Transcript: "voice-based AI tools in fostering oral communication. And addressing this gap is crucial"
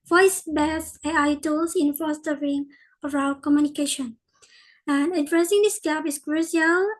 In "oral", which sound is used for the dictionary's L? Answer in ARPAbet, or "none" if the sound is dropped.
W